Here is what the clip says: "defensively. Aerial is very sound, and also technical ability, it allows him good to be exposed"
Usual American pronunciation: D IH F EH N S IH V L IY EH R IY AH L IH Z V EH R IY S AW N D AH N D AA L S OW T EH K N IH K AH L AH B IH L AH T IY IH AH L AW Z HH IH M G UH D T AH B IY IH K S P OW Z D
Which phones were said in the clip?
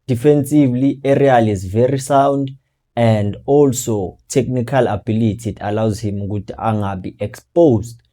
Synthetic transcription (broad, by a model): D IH F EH N S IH V L IY EH R IY AH L IH Z V EH R IY S AW N D AH N D AA L S OW T EH K N IH K AH L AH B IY L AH T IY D AH L AW Z HH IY M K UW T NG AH B IY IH K S P OW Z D